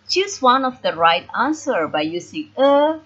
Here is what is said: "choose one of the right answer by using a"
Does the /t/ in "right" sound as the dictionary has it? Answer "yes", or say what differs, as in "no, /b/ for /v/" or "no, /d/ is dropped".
yes